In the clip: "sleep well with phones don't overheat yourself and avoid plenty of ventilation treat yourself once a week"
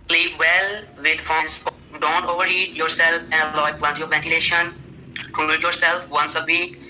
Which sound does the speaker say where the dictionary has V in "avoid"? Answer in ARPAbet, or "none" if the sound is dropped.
none